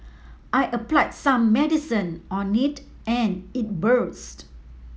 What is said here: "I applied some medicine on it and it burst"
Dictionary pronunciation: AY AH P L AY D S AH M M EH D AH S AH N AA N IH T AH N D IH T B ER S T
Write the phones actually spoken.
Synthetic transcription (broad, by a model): AY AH P L AY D S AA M M EH D AH S AH N AA N IH T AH N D IH T B ER S T